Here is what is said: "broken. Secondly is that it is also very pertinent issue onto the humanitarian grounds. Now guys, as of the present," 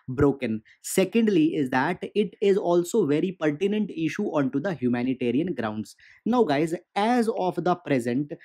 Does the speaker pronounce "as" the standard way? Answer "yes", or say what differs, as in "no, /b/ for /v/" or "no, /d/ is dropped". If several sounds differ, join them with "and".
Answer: yes